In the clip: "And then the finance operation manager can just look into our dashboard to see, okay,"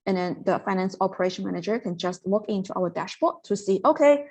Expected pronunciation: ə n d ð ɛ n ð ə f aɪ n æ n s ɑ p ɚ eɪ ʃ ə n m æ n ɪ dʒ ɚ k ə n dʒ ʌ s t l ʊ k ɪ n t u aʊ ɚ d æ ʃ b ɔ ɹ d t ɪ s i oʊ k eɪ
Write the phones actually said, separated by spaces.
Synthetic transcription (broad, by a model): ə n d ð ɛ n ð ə f aɪ n æ n s ɑ p ɚ eɪ ʃ ə n m æ n ɪ dʒ ɚ k ə n dʒ ʌ s t w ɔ k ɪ n t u aʊ ɚ d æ ʃ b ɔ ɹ t ɪ s i oʊ k eɪ